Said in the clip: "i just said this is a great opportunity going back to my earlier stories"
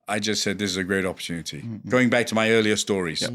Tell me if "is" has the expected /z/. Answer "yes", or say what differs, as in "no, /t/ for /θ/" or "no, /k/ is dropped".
yes